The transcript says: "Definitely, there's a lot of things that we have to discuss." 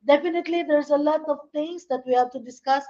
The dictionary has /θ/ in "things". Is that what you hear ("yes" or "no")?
no